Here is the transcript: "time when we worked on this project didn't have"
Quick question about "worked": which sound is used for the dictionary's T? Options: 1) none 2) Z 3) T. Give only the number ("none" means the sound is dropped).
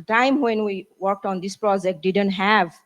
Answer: 3